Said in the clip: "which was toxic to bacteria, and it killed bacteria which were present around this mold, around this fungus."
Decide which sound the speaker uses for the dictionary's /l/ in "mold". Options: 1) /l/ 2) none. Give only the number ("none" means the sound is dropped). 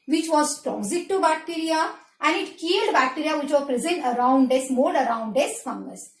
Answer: 2